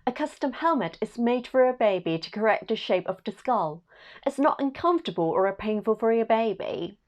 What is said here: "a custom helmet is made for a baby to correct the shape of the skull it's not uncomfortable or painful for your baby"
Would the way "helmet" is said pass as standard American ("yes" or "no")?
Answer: yes